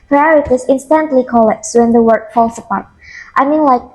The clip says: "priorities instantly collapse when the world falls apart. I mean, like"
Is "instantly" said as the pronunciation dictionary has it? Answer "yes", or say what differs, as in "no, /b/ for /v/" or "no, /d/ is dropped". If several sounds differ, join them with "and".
yes